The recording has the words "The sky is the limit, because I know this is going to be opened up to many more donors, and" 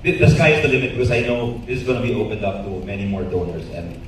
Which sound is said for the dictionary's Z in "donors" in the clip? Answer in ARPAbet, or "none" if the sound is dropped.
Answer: S